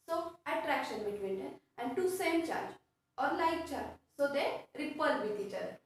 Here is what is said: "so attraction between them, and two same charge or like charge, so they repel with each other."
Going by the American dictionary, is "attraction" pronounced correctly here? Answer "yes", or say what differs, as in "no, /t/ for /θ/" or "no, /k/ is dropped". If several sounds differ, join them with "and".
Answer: yes